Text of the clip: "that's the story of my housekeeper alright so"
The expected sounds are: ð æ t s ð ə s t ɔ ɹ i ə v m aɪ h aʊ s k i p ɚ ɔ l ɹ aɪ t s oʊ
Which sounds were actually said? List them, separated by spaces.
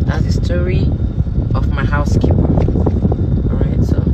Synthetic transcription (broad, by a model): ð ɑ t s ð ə s t ɔ ɹ i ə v m aɪ h aʊ s k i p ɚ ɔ ɹ aɪ t s oʊ